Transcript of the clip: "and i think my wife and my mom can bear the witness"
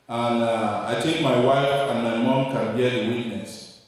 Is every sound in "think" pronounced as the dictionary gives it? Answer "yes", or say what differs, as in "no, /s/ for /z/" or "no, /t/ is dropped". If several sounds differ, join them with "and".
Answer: no, /ŋ/ is dropped